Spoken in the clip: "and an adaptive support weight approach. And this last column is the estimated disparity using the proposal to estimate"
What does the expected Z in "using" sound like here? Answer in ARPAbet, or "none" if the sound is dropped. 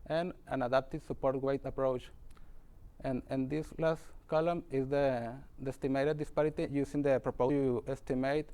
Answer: S